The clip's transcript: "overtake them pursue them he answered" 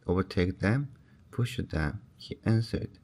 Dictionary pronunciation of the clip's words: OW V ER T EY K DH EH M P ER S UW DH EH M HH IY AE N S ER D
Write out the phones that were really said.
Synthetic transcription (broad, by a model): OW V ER T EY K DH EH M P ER SH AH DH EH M HH IY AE N S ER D